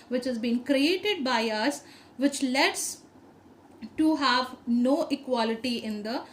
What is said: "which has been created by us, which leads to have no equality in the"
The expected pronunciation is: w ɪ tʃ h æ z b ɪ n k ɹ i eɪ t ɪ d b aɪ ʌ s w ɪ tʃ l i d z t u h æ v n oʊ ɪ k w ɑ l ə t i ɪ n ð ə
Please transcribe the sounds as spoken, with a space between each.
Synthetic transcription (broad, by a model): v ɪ tʃ h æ z b ɪ n k ɹ i eɪ t ɪ d b aɪ ʌ s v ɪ tʃ l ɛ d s t u h æ v n oʊ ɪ k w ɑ l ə t i ɪ n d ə